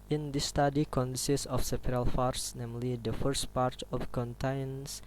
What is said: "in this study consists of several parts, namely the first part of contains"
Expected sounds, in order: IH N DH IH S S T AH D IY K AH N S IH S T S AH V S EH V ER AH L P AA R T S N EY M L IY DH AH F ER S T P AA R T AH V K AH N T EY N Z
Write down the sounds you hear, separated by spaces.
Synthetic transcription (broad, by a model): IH N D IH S S T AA D IY K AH N S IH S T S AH F S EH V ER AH L F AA R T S N EY M L IY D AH F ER S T P AA R T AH F K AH N T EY N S